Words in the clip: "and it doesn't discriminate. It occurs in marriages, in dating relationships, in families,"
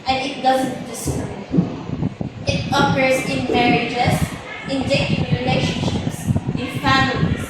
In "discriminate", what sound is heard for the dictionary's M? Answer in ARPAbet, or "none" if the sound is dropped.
none